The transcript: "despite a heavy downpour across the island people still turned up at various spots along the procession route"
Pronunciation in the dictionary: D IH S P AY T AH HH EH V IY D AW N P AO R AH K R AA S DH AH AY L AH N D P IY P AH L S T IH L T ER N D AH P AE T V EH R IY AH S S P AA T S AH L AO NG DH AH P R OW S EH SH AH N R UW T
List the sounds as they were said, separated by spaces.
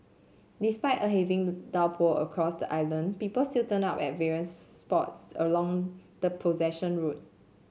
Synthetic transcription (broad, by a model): D IH S P AY T AH HH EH V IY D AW L P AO AH K R AA S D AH AY L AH N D P IY P AH L S T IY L T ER N AA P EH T V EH R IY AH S S P AA T S AH L AO NG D AH P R OW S EH SH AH N R UW T